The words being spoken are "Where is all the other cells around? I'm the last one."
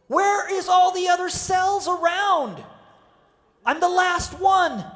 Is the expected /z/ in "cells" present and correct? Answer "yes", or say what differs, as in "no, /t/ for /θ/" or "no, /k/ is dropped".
yes